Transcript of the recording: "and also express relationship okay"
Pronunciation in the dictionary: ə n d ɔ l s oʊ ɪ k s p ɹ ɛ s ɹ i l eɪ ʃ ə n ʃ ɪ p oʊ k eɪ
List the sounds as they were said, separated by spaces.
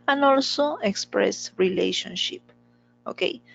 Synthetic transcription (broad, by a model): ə n ɔ l s oʊ ɪ k s p ɹ ɛ s ɹ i l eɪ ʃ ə n ʃ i p oʊ k eɪ